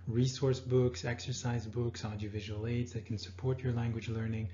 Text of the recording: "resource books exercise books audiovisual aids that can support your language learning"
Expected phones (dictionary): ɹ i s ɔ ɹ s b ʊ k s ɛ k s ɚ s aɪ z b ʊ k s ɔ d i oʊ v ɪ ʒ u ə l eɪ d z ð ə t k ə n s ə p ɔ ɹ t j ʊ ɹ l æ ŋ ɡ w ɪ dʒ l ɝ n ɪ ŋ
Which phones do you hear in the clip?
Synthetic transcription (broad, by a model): ɹ i s ɔ ɹ s b ʊ k s ɛ k s ɚ s aɪ z b ʊ k s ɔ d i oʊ v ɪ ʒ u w l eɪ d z ð ə t k n s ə p ɔ ɹ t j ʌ ɹ l æ ŋ ɡ w ɪ dʒ l ɝ n ɪ ŋ